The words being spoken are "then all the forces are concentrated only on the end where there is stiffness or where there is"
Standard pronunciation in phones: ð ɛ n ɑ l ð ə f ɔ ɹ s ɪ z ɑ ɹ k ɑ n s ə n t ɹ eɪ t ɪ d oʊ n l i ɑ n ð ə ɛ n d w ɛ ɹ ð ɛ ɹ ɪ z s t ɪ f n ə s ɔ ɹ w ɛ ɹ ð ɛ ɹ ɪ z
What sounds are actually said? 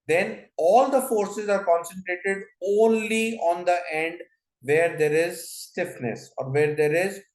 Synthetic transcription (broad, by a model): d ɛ n ɑ l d ə f ɔ ɹ s ɪ z ɑ ɹ k ɑ n s ə n t ɹ eɪ t ɪ d oʊ n l i ɑ n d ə ɛ n d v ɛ ɹ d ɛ ɹ ɪ z s t ɪ f n ə s ɔ ɹ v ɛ ɹ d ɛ ɹ ɪ z